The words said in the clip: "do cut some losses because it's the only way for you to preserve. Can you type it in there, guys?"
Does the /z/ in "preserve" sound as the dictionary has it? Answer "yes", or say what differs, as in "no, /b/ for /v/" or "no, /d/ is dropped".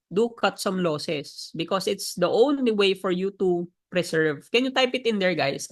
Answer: no, /s/ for /z/